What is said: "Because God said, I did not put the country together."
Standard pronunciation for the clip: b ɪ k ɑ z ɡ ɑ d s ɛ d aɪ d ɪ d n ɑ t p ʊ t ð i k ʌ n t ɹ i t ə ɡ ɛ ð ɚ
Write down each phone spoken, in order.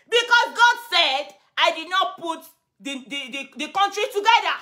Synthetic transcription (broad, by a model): b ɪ k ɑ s ɡ ɑ d s ɛ d aɪ d ɪ d n ɑ t p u t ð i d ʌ n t ɹ i t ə ɡ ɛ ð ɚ